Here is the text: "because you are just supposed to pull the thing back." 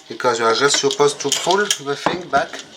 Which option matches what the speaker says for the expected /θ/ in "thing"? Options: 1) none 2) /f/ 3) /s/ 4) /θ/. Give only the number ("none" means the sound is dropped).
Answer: 2